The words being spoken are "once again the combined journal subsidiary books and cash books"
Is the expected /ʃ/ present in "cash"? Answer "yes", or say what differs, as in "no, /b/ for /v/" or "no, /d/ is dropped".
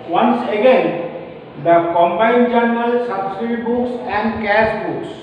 no, /s/ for /ʃ/